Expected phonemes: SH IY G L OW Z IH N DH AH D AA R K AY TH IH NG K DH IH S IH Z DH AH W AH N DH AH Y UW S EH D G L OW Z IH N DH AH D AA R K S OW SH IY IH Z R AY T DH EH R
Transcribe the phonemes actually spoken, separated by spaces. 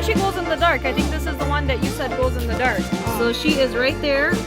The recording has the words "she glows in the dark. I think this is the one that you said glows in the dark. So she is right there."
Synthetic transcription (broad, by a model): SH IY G OW Z IH N DH AH D AA R K AY TH IH NG K DH IH S IH Z DH AH W AH N DH AH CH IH S EH D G OW Z IH N DH AH D AA R K S OW SH IY IH Z R AY T DH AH R